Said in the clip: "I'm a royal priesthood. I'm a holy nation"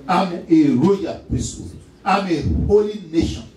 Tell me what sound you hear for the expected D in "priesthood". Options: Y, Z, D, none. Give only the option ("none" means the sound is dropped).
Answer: none